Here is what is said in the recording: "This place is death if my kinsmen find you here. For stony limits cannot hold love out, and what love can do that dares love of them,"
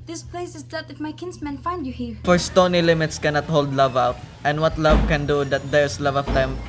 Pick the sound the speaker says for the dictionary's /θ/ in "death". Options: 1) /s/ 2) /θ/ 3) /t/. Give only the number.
3